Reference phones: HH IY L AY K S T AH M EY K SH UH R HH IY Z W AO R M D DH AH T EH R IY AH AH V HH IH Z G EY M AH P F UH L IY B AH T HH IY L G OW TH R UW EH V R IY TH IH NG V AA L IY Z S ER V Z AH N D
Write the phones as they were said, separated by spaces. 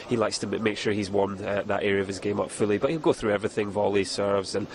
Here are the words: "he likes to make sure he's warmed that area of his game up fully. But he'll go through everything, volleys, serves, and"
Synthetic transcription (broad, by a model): HH IY L AY K S T AH M EY K SH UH R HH IY Z W AO R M DH AH T EH R IY AH AH V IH Z G EY M AH P F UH L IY B AH T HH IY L G OW TH R UW EH V R IY TH IH NG V AA L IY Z S ER V Z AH N